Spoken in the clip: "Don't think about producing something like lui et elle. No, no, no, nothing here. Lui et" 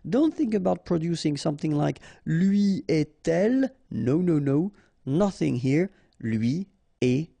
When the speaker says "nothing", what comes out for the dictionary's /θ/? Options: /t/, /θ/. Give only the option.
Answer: /θ/